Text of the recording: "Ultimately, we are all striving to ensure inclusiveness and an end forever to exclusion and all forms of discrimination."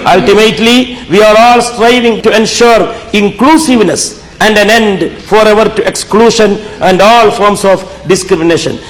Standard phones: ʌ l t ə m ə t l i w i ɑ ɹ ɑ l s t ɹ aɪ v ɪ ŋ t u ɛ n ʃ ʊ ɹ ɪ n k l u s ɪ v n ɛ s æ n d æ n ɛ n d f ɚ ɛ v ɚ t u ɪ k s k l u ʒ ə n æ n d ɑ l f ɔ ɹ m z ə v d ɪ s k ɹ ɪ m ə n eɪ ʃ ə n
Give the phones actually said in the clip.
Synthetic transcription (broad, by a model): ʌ l t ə m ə t l i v i ɑ ɹ ɑ l s t ɹ aɪ v ɪ ŋ t u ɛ n ʃ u ɹ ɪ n k l u s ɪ v n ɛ s æ n d æ n ɛ n d f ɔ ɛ v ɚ t u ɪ k s k l u ʃ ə n æ n d ɑ l f ɔ ɹ m s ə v d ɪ s k ɹ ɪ m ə n eɪ ʃ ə n